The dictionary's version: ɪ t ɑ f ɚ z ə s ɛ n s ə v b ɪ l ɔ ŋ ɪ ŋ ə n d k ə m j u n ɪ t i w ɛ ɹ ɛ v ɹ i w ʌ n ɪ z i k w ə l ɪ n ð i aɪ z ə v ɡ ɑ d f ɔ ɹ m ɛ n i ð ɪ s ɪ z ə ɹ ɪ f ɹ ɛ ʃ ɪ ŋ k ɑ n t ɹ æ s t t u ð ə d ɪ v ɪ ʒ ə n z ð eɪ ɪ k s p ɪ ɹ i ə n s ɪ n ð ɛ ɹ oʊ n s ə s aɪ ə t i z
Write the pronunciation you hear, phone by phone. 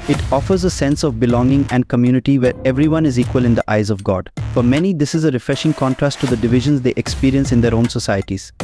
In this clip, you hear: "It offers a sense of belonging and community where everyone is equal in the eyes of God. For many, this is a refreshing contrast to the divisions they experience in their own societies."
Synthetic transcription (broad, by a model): ɪ t ɑ f ɚ z ə s ɛ n s ə v b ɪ l ɔ ŋ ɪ ŋ ə n d k ə m j u n ɪ t i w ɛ ɹ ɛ v ɹ i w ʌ n ɪ z i k w ə l ɪ n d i aɪ z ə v ɡ ɑ d f ɔ ɹ m ɛ n i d ɪ s ɪ z ə ɹ ɪ f ɹ ɛ ʃ ɪ ŋ k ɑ n t ɹ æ s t t u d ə d ɪ v ɪ ʒ ə n z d eɪ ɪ k s p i ɹ i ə n s ɪ n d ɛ ɹ oʊ n s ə s aɪ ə t i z